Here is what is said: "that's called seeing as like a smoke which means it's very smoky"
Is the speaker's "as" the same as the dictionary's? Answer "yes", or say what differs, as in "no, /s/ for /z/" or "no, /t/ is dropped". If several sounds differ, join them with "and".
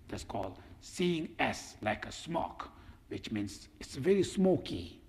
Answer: no, /s/ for /z/